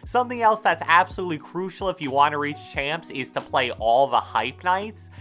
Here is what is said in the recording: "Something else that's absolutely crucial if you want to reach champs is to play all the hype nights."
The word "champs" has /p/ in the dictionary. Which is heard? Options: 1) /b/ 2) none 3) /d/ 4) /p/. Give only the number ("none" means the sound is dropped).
4